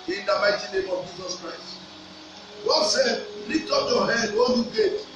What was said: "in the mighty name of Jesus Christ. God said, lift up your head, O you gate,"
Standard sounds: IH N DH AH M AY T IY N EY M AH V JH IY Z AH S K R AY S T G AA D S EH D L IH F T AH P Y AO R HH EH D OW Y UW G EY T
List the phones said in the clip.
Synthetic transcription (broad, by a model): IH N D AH M AY T IY N EY M AH V JH IY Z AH S K R AY S T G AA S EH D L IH T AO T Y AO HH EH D OW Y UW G EY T